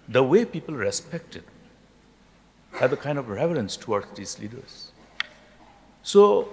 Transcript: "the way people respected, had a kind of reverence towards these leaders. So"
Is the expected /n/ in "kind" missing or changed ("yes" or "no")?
no